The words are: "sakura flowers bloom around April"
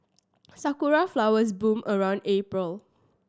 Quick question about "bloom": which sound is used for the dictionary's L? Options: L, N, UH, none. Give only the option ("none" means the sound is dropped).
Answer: none